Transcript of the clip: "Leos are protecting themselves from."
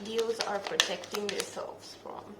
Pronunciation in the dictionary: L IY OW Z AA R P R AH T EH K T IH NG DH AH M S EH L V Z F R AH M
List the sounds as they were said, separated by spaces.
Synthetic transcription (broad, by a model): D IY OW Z AA R P R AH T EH K T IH NG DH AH S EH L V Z F R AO M